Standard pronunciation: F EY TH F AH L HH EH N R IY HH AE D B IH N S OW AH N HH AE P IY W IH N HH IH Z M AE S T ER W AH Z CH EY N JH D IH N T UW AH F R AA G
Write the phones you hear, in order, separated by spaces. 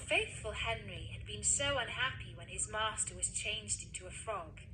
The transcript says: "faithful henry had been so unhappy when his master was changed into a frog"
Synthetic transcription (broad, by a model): F EY TH F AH L HH EH N R IY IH D B IH N S OW AH N HH AE P IY W IH N IH Z M AE S T ER W AH Z CH EY N JH D IH N T UW AH F R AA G